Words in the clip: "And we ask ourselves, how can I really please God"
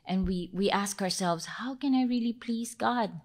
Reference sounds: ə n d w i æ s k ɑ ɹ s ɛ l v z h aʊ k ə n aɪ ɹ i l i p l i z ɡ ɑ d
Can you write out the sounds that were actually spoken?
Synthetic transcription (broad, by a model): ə n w w i æ s k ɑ ɹ s ɛ l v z h aʊ k ə n aɪ ɹ i l i p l i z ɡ ɑ d